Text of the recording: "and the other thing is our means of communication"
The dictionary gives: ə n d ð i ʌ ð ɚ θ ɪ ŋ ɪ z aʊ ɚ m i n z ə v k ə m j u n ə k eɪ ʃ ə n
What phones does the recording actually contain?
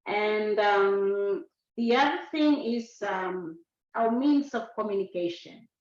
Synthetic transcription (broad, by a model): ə n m ð i ʌ ð ɚ θ ɪ ŋ ɪ z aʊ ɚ m i n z ə v k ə m j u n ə k eɪ ʃ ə n